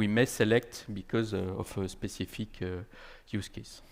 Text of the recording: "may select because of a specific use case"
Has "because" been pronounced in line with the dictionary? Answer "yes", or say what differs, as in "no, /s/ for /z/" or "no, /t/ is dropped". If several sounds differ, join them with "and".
yes